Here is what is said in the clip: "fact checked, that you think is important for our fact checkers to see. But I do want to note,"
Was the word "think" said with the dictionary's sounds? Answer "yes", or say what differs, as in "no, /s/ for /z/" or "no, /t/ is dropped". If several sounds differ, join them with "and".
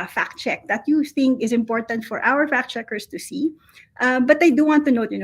yes